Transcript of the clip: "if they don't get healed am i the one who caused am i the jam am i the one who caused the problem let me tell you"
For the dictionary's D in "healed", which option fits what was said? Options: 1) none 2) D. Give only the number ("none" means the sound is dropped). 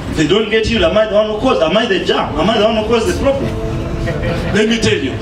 1